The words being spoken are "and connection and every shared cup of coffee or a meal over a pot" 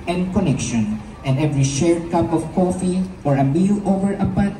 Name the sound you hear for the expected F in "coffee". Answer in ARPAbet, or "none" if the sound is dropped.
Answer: F